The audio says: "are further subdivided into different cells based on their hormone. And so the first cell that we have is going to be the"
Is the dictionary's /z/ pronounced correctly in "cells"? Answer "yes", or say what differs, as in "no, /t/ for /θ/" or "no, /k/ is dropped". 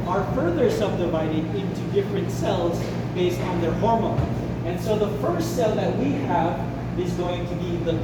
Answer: yes